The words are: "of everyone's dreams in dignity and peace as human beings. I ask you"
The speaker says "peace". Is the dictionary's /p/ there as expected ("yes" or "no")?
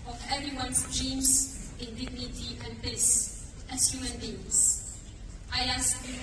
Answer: no